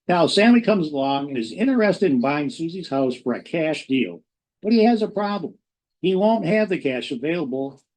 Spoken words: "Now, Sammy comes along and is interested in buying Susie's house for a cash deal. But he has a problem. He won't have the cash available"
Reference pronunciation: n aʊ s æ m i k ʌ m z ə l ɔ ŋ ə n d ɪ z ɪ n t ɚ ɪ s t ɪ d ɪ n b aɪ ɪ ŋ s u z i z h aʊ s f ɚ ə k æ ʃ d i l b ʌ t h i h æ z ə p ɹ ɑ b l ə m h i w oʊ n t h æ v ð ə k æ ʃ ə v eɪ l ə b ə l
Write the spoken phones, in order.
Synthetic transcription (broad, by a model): n aʊ s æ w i k ʌ m z ə l ɔ ŋ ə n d ɪ z ɪ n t ɚ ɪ s t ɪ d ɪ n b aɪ ɪ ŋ s u z i z h aʊ s f ɚ ə k æ ʃ d i l b ʌ t h i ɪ z ə p ɹ ɑ b l ə m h i w oʊ n t h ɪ v ð ə k æ ʃ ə v eɪ l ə b l